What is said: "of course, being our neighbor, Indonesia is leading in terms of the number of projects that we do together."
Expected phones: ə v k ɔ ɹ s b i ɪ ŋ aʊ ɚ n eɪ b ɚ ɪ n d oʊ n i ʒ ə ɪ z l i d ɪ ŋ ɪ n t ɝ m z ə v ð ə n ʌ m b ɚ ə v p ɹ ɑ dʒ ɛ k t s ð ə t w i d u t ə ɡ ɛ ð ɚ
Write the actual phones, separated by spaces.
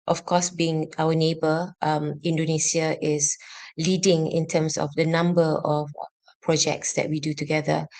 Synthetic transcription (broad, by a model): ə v k ɔ s b i ɪ ŋ aʊ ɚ n eɪ b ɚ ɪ n d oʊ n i s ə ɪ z l i d ɪ ŋ ɪ n t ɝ m s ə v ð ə n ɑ m b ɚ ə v p ɹ ɑ dʒ ɛ k t s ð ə t w i d u t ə ɡ ɛ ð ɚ